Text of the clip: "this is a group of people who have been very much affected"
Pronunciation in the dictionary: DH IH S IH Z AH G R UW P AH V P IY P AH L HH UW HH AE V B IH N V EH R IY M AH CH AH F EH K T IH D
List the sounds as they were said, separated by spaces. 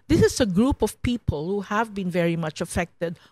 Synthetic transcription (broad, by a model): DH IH S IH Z AH G R UW P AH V P IY P AH L HH UW HH AE V B IH N V EH R IY M AH CH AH F EH K T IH D